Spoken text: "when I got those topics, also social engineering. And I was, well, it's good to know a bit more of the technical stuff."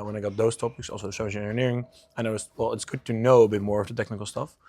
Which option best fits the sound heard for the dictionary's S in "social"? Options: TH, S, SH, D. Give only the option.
SH